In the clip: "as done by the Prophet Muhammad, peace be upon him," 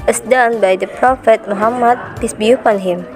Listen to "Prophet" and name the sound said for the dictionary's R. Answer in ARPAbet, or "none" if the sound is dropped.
R